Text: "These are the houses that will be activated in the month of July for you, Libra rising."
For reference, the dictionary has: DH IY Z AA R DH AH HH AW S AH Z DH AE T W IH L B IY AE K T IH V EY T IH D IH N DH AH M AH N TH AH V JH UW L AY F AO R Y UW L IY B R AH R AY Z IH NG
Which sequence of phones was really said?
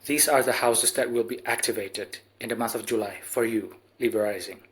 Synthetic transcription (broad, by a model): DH IY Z AA R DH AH HH AW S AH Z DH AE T W IH L B IY AE K T IH V EY T IH D IH N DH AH M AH N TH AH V JH UW L AY F AO R Y UW L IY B AH R AY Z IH NG